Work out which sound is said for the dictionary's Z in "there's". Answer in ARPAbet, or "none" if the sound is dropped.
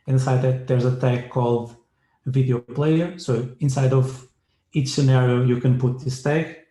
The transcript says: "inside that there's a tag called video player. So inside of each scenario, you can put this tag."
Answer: Z